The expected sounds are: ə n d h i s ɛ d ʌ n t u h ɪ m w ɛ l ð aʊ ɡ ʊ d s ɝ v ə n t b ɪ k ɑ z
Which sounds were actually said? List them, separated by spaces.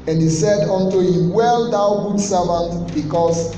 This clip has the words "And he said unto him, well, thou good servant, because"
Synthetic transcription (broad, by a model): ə n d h i s ɛ d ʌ n t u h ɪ m w ɛ l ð aʊ ɡ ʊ d s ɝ v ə n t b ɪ k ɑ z